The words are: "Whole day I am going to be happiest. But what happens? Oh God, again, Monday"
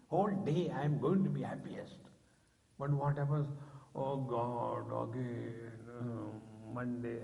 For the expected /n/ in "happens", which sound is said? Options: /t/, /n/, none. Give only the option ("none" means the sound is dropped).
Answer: none